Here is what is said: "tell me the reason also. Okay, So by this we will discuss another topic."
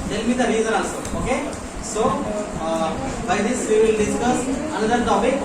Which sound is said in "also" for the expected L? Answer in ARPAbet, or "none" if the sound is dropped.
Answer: none